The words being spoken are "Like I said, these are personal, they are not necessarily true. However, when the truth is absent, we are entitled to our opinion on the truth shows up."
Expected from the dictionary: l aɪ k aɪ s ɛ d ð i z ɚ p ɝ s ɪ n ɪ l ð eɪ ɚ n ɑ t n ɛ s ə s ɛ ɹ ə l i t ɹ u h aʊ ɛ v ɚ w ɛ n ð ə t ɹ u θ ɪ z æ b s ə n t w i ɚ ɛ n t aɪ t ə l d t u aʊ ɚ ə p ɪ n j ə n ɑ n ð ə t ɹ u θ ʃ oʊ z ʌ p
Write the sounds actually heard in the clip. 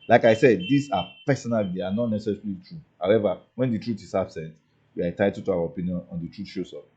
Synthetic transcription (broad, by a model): l aɪ k aɪ s ɛ d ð i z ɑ p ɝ s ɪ n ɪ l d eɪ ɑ n ɑ t n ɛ s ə s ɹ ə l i t ɹ u h aʊ ɛ v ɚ w ɛ n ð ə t ɹ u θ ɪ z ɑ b s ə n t w i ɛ t aɪ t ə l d t u aʊ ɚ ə p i n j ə n ɑ n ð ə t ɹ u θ ʃ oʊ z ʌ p